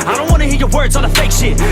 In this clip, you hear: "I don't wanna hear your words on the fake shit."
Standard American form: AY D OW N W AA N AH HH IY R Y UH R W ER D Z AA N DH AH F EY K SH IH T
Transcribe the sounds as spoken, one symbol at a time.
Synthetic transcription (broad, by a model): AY D OW N W AA N AH HH IY R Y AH R W ER D Z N DH AH F EY K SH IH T